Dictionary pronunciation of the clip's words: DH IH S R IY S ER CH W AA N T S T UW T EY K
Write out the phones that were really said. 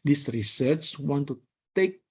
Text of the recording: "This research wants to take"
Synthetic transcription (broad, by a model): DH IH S R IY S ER S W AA N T T UW T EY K